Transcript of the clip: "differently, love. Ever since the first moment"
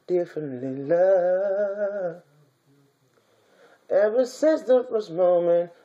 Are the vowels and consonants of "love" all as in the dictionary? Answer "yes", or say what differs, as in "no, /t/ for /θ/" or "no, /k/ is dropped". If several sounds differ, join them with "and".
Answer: no, /v/ is dropped